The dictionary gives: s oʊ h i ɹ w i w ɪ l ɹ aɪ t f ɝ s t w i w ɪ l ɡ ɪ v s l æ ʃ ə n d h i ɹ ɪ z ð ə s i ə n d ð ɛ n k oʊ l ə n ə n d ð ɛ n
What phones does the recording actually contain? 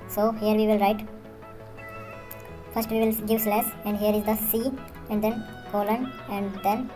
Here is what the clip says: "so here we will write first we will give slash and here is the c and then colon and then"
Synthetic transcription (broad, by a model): s oʊ h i ɹ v i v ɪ l ɹ aɪ t f ɝ s t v i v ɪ l ɡ ɪ v s l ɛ s ə n d h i ɹ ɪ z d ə s i ə n d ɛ n k oʊ l ə n ə n d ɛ n